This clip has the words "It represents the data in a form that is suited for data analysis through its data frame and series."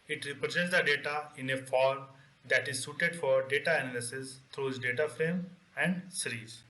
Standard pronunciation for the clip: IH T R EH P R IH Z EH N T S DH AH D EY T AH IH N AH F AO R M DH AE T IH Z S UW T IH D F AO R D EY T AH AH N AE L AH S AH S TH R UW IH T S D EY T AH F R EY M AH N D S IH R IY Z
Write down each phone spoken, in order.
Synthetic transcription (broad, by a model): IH T R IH P R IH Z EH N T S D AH D EY T AH IH N AH F AO R M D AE T IH Z S UW T IH D F AO R D EY T AH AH N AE L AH S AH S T R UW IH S D EY T AH F R EY M AH N D S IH R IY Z